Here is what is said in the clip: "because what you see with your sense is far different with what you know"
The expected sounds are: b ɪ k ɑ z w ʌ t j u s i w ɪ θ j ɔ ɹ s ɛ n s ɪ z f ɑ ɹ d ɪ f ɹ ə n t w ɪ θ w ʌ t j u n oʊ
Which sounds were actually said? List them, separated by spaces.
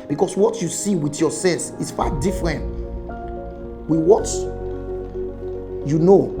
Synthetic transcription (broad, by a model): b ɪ k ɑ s w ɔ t j u s i w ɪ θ j ɔ s ɛ l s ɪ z f ɑ d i f ɹ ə n t w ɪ w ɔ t j u n oʊ